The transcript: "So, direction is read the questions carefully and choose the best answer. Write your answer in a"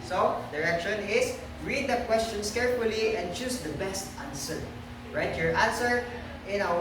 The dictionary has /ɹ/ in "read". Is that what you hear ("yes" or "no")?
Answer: yes